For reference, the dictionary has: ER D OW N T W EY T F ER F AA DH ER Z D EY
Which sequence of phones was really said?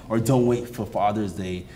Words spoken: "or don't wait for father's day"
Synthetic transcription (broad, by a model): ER D OW N T W EY T F ER F AA DH ER Z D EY